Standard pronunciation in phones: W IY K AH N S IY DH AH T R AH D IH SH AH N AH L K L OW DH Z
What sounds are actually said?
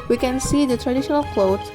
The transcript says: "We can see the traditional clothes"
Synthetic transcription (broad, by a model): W IY K AH N S IY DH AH T R AH D IH SH AH N AH L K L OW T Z